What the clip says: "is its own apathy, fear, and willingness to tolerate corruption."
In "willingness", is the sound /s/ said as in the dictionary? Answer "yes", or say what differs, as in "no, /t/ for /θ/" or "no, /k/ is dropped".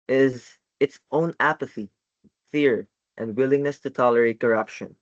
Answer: yes